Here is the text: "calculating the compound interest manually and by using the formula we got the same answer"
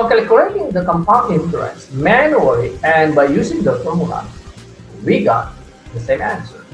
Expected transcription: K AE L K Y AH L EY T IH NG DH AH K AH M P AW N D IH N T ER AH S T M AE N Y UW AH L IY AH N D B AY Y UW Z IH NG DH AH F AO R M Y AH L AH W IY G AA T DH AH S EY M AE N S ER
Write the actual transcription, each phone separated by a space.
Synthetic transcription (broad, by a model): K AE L K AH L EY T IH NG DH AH K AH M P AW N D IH T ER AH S M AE N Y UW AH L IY AH N D B AY Y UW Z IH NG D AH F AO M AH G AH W IY G AA T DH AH S EY M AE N S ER